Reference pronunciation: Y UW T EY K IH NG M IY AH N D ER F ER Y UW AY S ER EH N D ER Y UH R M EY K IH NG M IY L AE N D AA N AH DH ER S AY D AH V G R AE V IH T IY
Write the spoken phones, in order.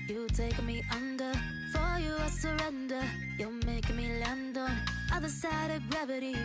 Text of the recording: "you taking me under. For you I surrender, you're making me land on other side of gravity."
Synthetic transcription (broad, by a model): Y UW T EY IH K M IY AH N D ER F ER Y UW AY S ER EH N D ER Y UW L M EY IH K M IY L AE N D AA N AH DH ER S AY D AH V G R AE V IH T IY